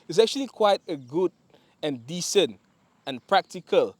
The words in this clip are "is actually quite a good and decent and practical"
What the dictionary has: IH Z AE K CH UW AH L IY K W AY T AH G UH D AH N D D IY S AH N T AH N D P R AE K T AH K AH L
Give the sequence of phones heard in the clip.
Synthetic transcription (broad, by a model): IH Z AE K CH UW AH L IY K W AY T AH G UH D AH N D D IY S AH N T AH N P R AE K T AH K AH L